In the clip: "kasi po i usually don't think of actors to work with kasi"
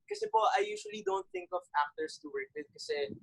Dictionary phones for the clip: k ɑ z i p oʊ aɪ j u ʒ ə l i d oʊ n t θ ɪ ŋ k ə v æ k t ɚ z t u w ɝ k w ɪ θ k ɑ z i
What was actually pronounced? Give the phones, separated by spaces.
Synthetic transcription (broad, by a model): k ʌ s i p oʊ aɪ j u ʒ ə l i d oʊ n t θ ɪ ŋ k ə v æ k t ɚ s t u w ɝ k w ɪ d k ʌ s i